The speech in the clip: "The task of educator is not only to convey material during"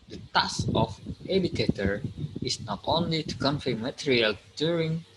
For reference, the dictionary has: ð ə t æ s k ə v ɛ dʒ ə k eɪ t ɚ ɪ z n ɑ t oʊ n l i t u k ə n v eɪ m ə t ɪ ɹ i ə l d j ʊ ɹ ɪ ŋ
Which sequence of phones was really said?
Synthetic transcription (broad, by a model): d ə t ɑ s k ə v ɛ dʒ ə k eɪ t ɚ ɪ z n ɑ t oʊ n l i t u k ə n f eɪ m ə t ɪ ɹ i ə l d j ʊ ɹ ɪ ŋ